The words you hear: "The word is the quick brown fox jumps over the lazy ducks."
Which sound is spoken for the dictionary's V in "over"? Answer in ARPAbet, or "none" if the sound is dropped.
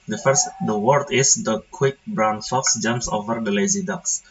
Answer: V